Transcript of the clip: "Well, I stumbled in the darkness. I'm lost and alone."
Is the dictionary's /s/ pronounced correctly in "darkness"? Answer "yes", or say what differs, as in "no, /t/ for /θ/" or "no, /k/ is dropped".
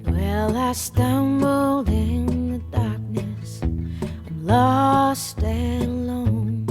yes